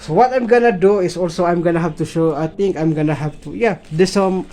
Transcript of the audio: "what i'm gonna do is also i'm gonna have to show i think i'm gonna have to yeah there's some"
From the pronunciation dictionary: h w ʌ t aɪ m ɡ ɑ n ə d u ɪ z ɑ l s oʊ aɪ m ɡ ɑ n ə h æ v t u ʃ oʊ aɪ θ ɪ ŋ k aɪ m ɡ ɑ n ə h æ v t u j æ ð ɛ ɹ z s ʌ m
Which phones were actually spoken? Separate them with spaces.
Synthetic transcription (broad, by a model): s w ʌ t aɪ m ɡ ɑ n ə d u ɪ s ɑ l s oʊ aɪ m ɡ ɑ n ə h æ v t u ʃ oʊ aɪ t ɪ ŋ k aɪ m ɡ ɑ n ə h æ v t u j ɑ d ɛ s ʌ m